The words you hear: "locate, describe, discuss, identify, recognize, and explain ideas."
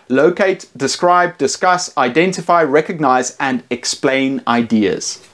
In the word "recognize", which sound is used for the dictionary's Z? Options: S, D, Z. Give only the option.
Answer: Z